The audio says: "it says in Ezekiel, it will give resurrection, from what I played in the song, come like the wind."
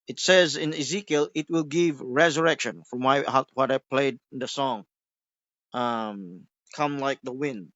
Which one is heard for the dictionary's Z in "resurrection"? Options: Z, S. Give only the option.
Z